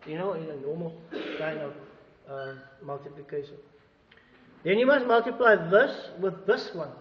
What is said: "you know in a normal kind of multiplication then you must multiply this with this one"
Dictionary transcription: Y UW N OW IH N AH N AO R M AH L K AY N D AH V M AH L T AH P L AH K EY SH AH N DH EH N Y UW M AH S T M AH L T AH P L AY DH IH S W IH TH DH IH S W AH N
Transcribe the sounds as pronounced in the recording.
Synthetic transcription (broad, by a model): Y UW N OW IH N AH N AO M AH L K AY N AH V M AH L T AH P L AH K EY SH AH N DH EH N Y UW M AH S T M AH L T AH P L AY DH IH S W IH DH IH S W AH N